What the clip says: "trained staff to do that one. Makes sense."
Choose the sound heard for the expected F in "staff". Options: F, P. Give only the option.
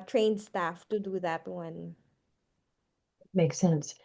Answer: F